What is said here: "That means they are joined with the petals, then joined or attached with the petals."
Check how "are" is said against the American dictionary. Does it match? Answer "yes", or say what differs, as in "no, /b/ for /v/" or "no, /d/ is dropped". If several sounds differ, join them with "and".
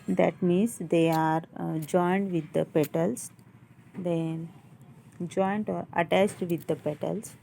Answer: yes